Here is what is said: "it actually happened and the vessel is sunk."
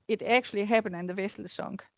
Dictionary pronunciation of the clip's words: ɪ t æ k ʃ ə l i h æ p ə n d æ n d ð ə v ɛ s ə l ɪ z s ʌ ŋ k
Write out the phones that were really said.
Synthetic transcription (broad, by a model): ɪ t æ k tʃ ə l i h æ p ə n æ n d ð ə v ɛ s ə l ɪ s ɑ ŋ